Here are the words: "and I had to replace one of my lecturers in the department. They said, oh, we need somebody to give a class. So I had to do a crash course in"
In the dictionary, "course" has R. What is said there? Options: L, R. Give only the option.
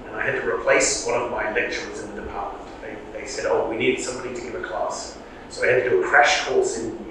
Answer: L